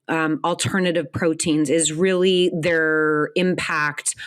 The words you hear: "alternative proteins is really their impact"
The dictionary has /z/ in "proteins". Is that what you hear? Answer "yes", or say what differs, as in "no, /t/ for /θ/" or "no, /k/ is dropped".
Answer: yes